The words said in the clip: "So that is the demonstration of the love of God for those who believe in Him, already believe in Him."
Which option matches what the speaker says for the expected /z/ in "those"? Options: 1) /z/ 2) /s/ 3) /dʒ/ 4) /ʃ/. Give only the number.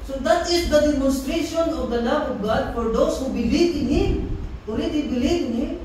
2